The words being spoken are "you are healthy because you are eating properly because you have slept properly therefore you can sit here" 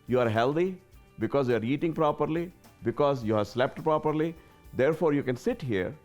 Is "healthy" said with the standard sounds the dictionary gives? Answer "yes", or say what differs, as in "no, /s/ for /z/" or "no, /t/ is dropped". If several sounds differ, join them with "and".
no, /t/ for /θ/